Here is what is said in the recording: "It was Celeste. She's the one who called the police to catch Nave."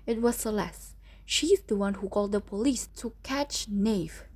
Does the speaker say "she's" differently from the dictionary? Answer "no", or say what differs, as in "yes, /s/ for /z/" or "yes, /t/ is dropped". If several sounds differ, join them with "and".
no